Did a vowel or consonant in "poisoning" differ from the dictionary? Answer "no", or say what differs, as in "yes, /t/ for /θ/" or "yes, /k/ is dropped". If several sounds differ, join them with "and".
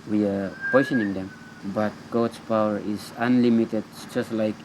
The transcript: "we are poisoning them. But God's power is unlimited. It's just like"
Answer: yes, /s/ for /z/